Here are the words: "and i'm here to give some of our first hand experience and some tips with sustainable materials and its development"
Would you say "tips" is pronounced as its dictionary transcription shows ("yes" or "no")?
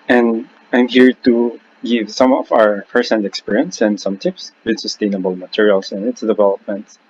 yes